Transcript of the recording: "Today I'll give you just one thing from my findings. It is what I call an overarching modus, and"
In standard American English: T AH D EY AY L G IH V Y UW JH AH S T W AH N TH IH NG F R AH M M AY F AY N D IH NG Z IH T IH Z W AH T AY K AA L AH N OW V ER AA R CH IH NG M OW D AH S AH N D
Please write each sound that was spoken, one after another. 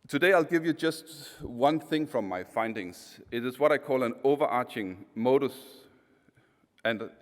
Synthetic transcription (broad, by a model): T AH D EY AY L G IH V Y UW JH AH S T W AH N TH IH NG F R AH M M AY F AY N D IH NG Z IH T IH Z W AH T AY K AA L AH N OW V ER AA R CH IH NG M OW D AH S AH N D